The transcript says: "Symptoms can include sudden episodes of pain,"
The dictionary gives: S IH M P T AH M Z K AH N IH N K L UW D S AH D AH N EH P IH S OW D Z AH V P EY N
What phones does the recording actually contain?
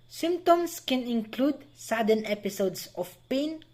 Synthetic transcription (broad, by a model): S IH M P T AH M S K AH N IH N K L UW D S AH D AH N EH P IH S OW D S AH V P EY N